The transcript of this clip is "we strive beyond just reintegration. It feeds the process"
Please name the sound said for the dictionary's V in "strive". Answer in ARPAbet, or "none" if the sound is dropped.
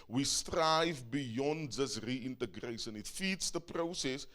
V